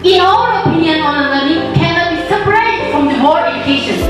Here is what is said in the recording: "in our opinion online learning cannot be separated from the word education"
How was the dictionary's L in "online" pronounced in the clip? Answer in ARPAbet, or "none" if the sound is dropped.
none